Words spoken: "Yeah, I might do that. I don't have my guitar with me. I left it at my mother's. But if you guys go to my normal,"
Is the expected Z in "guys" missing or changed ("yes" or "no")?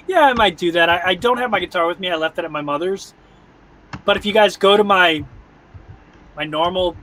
no